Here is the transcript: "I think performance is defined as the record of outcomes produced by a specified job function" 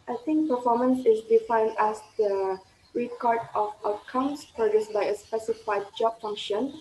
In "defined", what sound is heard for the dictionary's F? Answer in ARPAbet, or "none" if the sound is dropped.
F